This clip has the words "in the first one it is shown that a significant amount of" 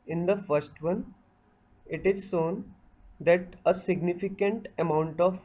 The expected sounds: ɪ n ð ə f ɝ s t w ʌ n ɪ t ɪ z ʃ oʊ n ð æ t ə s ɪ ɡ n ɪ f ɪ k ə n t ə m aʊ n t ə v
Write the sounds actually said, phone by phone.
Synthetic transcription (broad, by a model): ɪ n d ə f ɝ s t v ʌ n ɪ t ɪ z s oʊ n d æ t ə s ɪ ɡ n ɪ f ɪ k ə n t ə m aʊ n t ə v